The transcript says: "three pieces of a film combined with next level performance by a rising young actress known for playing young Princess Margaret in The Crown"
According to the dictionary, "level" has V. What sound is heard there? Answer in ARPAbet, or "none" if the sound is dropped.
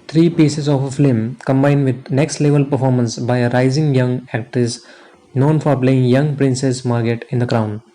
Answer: V